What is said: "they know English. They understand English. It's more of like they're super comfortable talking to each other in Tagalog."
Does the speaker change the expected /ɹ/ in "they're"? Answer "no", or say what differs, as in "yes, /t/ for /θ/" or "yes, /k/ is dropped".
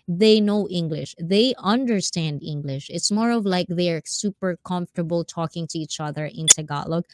no